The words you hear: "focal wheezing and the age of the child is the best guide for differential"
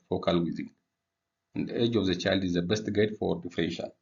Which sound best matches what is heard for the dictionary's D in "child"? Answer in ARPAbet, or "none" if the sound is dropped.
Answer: D